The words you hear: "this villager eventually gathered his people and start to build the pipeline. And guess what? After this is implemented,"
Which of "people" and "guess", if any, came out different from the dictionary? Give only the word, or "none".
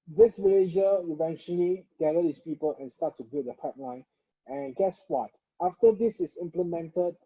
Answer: none